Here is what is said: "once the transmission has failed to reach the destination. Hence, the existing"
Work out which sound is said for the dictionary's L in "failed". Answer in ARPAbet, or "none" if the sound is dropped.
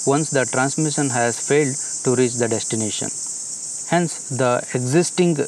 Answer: L